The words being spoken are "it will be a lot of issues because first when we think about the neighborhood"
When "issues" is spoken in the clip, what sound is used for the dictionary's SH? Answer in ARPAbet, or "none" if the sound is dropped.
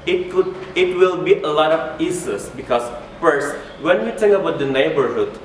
S